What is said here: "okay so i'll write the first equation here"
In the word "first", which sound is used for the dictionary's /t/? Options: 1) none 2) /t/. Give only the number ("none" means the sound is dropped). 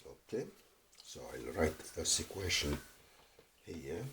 1